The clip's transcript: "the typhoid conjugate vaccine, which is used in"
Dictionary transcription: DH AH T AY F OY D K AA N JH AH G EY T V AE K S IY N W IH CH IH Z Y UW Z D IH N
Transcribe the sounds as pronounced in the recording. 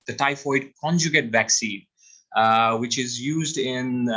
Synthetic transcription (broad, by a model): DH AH T AY F OY D K AA N JH AH G EY T V AE K S IY N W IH CH IH Z Y UW Z D IH N